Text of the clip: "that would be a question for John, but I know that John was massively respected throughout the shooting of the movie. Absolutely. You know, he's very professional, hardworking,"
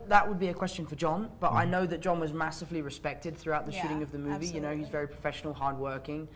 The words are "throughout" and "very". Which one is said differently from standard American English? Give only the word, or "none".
none